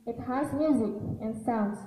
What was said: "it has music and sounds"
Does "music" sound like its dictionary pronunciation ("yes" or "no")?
yes